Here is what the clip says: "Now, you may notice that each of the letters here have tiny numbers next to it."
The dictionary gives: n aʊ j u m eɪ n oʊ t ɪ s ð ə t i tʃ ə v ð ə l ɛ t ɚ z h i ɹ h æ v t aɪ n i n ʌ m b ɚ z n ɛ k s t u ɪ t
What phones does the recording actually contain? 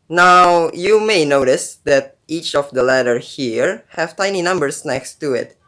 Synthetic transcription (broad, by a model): n aʊ j u m eɪ n oʊ t ɪ s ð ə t i tʃ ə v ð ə l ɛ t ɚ h i ɹ h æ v t aɪ n i n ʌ m b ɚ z n ɛ k s t u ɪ t